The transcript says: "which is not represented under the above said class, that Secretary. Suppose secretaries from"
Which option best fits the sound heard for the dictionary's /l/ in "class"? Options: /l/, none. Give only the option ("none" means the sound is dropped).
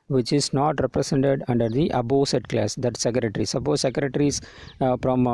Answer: /l/